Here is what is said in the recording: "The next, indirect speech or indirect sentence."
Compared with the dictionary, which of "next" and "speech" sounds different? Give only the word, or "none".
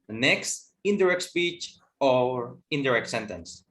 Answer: none